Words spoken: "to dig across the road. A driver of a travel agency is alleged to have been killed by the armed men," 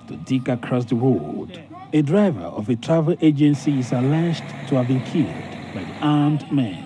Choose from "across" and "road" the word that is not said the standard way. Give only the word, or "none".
road